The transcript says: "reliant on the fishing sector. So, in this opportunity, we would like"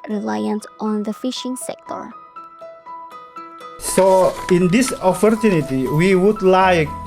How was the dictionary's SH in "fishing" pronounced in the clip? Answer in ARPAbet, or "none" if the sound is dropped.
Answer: SH